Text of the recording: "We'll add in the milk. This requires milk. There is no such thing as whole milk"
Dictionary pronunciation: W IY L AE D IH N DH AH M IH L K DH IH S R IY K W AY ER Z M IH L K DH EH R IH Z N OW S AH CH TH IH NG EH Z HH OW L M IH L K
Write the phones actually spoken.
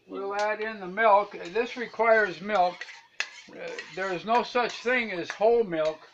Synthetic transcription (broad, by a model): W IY L AE D IH N DH AH M IH L K DH IH S R IY K W AY ER Z M IH L K DH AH R IH Z N OW S AH CH TH IH NG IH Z HH OW L M IH L K